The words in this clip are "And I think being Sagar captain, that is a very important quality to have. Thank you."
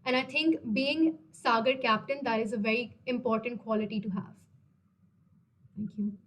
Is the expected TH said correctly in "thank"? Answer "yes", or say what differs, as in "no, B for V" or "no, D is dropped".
no, T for TH